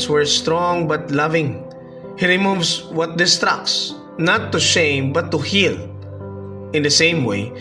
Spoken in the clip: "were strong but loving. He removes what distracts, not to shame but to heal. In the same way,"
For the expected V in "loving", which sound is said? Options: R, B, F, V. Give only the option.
V